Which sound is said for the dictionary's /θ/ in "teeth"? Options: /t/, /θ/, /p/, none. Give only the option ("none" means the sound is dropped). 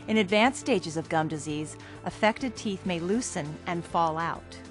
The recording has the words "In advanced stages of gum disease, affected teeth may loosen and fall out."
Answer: /θ/